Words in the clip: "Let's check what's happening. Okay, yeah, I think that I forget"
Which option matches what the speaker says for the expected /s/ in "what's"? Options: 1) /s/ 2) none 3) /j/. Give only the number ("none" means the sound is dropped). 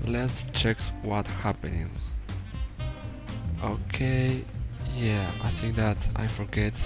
2